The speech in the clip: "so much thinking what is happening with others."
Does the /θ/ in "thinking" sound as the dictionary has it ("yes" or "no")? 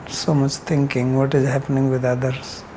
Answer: no